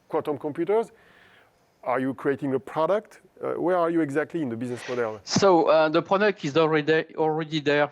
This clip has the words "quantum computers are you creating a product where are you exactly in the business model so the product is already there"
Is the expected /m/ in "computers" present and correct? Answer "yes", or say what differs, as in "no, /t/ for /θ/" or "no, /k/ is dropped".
yes